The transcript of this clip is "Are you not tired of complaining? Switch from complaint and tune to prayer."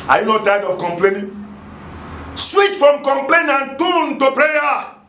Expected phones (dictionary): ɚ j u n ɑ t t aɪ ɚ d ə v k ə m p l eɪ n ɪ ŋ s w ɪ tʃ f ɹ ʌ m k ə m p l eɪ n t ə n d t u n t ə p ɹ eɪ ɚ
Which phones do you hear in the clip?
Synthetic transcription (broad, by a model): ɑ j u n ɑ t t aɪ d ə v k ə m p l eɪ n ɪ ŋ s w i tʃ f ɹ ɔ m k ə m p l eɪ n ə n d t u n t ə p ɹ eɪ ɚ